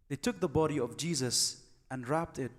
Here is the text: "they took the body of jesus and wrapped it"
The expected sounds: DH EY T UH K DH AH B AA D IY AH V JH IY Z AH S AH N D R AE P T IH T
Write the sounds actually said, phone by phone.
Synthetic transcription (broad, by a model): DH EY T UH K DH AH B AA D IY AH V JH IY Z AH S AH N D R AE P T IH T